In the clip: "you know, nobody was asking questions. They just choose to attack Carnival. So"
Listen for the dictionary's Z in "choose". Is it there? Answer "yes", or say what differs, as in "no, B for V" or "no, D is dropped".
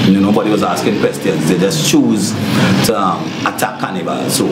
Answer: yes